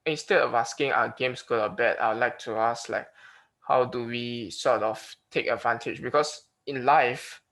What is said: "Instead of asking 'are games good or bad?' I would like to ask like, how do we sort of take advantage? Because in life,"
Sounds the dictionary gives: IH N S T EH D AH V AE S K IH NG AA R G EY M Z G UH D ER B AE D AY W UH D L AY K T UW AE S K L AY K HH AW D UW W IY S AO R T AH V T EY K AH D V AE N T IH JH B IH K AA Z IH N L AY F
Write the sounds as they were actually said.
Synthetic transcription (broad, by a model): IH N S T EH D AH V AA S K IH NG AA W G EY M S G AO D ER B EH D AY W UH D L AY K T UW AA S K L AY K HH AW D UW W IY S AO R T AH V T EY K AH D V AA N T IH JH B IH K AA S IH N L AY F